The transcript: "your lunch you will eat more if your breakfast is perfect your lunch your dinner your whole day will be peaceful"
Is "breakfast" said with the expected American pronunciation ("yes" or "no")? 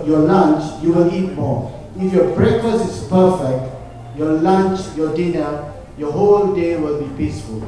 no